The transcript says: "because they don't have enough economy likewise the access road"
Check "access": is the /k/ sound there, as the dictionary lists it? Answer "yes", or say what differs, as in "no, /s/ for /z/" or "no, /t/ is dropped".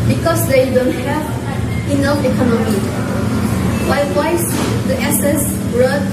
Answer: no, /k/ is dropped